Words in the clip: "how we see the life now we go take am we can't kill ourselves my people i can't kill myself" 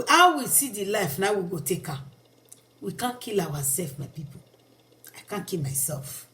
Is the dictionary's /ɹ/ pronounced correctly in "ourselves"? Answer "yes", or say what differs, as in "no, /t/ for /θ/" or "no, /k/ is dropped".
no, /w/ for /ɹ/